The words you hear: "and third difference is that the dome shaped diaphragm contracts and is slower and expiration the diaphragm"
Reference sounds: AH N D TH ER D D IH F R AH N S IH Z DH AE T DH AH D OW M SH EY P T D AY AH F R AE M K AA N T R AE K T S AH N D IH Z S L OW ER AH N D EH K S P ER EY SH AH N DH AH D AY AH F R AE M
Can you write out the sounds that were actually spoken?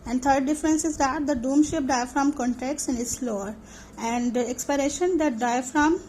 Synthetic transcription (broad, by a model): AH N D T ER D D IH F R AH N S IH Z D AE T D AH D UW M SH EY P D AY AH F R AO M K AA N T EH K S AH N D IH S L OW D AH N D EH K S P ER EY SH AH N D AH D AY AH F R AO M